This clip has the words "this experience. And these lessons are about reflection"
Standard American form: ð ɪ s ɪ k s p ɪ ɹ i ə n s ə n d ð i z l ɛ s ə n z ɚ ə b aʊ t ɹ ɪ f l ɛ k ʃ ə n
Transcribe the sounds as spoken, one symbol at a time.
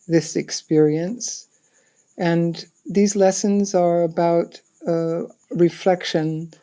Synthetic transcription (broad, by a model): ð ɪ s ɪ k s p ɪ ɹ i ə n s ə n ð i z l ɛ s ə n z ɚ ə b aʊ t ɹ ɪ f l ɛ k ʃ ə n